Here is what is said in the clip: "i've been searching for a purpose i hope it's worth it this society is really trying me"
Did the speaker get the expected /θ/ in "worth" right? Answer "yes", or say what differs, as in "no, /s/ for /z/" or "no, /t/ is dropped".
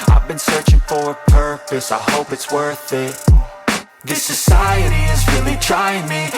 yes